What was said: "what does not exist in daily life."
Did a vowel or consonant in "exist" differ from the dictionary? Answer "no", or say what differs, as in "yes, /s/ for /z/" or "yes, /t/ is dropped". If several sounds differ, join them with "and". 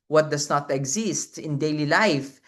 no